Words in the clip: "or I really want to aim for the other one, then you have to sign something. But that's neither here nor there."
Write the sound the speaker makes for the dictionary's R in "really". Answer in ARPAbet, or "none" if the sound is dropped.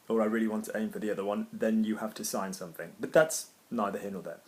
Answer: R